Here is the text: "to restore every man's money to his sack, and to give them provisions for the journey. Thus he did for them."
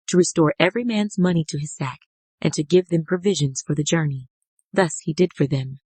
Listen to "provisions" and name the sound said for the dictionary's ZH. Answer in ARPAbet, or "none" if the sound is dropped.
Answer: ZH